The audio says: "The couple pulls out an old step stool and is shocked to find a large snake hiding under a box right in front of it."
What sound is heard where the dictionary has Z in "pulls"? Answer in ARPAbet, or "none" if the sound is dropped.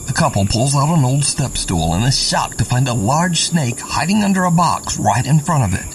Z